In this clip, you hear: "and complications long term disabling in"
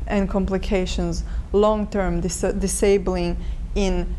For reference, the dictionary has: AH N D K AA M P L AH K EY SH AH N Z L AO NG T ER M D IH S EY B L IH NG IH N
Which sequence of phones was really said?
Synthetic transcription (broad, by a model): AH N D K AA M P L AH K EY SH AH N Z L AO NG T ER M D IH S EY B L IH NG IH N